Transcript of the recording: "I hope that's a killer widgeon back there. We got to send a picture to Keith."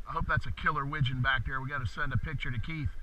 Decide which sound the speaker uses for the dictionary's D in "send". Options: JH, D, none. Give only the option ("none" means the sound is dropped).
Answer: D